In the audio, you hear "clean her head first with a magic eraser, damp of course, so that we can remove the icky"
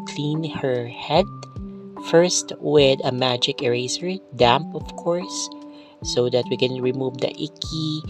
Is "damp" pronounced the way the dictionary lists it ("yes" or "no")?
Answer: yes